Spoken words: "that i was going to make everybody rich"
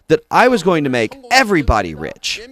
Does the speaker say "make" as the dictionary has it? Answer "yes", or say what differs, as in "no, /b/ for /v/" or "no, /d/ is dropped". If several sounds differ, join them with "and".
yes